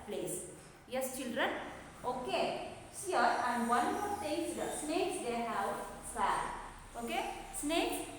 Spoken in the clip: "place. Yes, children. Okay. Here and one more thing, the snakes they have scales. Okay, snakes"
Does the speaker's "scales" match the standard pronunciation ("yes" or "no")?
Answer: no